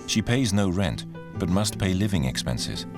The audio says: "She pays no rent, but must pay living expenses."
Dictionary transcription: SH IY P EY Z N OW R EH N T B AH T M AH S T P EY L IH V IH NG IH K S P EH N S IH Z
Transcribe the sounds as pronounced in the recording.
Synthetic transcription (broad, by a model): SH IY P EY Z N OW R EH N T B AH T M AH S T P EY L IH V IH NG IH K S P EH N S IH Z